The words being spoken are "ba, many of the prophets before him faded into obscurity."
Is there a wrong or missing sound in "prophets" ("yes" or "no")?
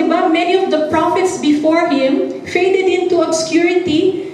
no